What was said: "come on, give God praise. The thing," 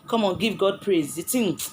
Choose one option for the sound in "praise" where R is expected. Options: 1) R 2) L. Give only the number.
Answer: 1